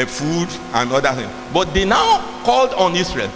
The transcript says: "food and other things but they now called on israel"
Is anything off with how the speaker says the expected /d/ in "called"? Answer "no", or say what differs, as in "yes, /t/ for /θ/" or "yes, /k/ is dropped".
no